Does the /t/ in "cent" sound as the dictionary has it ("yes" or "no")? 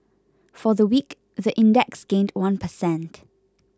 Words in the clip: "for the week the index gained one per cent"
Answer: yes